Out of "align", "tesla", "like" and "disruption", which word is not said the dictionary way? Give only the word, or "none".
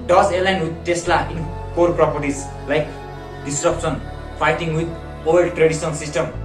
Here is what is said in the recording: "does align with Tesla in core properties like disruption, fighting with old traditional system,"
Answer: disruption